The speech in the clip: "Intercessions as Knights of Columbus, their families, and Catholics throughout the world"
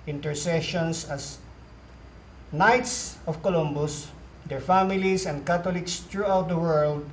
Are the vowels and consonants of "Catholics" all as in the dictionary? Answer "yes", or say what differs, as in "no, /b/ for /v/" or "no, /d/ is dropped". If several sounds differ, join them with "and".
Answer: no, /t/ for /θ/